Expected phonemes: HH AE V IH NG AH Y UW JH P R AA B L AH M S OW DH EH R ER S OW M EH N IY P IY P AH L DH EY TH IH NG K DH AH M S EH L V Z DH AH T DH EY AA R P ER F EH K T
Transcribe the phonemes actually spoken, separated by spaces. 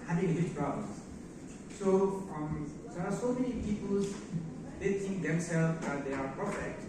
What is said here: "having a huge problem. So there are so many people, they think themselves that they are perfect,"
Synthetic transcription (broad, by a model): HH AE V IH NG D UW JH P R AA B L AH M S OW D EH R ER S OW M EH N IY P IY P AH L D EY T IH NG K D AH M S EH L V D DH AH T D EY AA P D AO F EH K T